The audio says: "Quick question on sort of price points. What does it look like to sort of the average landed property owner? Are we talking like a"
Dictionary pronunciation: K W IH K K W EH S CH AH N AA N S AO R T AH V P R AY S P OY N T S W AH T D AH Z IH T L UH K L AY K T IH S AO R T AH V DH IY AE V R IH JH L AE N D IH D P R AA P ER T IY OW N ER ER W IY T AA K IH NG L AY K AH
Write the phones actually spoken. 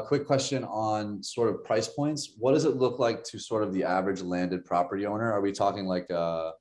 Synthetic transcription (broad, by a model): K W IH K K W EH S CH AH N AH N S AO R T AH V P R AY S P OY N T S W AH T D AH Z IH T L UH K L AY K T IH S AO R T AH V DH IY AE V R IH JH L AE N D IH D P R AA P ER T IY OW N ER ER W IY T AA K IH NG L AY K AH